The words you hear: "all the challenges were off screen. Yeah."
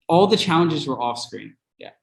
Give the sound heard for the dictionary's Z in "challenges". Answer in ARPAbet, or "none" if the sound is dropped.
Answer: Z